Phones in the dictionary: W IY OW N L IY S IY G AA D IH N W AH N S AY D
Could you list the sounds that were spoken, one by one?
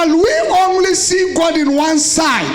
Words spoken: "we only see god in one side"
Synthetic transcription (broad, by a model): W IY OW N L IY S IY G AA D IH N W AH N S AY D